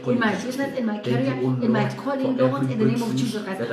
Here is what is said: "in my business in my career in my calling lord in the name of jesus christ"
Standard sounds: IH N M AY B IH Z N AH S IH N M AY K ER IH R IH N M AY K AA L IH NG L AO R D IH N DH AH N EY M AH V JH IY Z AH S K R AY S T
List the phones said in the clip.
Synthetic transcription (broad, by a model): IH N M AY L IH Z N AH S IH N M AY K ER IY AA IH N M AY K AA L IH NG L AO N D IH N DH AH N EY M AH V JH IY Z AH K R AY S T